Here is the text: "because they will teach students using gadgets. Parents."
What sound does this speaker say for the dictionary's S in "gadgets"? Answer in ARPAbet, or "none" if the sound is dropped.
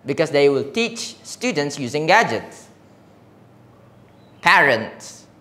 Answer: S